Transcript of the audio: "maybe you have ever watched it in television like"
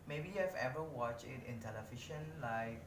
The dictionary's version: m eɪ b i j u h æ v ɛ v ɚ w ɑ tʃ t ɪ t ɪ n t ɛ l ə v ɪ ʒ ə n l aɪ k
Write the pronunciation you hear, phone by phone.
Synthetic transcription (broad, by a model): m eɪ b i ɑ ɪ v ɛ v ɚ w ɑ tʃ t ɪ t ɪ n t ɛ l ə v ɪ ʃ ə n l aɪ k